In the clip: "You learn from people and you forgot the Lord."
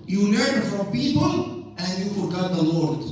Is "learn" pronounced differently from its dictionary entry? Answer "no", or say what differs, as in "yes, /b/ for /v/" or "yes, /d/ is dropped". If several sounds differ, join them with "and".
yes, /n/ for /l/